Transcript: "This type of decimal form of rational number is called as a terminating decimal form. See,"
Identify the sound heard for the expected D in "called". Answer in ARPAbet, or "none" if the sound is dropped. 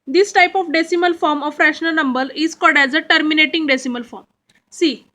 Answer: D